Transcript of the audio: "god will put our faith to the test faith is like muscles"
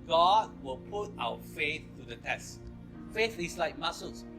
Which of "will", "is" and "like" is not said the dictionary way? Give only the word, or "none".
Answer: is